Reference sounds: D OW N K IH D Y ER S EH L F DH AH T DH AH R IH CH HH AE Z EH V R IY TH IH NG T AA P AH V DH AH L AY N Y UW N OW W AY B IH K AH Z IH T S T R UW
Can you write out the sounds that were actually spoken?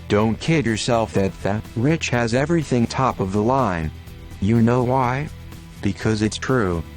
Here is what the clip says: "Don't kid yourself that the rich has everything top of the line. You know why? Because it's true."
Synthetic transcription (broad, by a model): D OW N K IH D Y ER S EH L F DH AH T DH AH R IH CH HH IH Z EH V R IY TH IH NG T AA P AH V DH AH L AY N Y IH N OW W AY B IH K AH Z IH T S T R UW